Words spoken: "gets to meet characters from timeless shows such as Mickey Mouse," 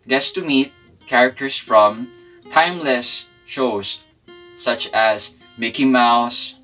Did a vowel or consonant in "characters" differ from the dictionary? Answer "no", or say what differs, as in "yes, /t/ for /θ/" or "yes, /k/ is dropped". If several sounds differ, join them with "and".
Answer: yes, /s/ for /z/